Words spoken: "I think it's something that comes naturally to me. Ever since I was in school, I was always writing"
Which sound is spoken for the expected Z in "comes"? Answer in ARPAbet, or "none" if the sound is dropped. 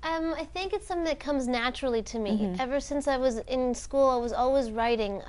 Z